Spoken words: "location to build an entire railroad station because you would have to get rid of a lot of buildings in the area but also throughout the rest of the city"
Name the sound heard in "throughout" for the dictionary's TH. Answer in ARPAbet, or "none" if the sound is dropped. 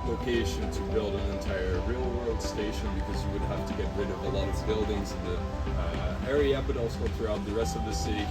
TH